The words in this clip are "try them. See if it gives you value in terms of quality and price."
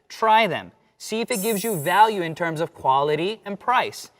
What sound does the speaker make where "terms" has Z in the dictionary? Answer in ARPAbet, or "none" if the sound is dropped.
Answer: Z